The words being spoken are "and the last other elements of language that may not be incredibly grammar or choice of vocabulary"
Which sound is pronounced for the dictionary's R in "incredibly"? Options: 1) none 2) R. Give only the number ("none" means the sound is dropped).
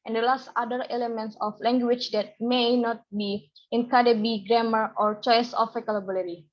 1